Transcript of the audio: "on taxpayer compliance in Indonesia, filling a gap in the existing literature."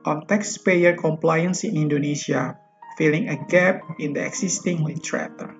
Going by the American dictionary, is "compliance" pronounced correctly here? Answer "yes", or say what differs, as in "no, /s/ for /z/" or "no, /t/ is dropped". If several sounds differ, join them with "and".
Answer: yes